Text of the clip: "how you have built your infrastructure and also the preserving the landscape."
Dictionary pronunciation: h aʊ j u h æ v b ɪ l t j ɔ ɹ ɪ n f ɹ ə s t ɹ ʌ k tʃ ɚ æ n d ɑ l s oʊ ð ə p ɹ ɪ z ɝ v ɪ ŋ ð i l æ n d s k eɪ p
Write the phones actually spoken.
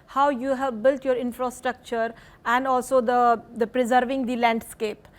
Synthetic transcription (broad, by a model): h aʊ j u h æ v b ɪ l t j ɔ ɹ ɪ n f ɹ ə s t ɹ ʌ k tʃ ɚ æ n d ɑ l s oʊ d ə p ɹ ɪ z ɝ v ɪ ŋ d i l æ n d s k eɪ p